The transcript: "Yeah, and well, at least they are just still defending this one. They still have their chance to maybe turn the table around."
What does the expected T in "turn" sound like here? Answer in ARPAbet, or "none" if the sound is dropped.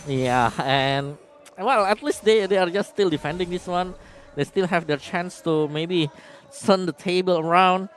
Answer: S